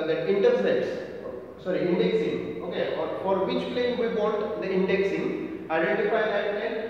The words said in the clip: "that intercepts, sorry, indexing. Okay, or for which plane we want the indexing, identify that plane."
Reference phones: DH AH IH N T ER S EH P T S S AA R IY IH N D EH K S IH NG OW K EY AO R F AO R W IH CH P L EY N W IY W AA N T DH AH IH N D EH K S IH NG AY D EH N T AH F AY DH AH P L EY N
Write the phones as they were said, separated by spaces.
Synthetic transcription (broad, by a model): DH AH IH N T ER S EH T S S AA R IY IH N D EH K S IH NG OW K EY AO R F AO R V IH CH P L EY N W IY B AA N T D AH IH N D EH K S IH NG AY D EH N T AH F AY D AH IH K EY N